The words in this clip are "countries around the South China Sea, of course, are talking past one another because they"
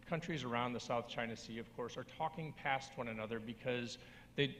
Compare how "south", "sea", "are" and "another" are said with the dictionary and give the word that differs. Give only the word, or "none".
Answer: none